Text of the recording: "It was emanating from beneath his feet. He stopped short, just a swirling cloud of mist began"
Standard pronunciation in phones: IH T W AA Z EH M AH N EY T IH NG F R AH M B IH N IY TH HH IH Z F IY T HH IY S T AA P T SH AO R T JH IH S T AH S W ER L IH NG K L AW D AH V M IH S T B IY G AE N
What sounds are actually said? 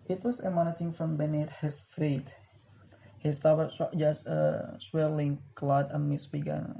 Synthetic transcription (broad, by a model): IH T W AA S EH M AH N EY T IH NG F R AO M B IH N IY T HH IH S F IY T HH IY S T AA T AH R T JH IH S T AH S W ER L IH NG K L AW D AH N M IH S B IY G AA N